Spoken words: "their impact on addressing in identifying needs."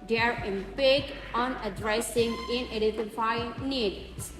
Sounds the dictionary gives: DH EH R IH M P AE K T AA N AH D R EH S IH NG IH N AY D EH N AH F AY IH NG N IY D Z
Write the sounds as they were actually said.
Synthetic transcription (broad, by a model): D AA R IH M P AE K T AA N AH D R EH S IH NG IH N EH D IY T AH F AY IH N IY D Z